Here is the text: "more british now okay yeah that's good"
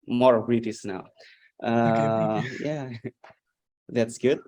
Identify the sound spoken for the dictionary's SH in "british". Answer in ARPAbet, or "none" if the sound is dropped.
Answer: S